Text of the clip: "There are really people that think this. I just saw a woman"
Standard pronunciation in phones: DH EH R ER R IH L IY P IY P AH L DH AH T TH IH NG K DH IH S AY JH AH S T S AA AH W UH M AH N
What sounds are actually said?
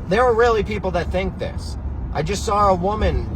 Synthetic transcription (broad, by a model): DH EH R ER R IH L IY P IY P L DH AH T TH IH NG K DH IH S AY JH AH S T S AA AH W UH M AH N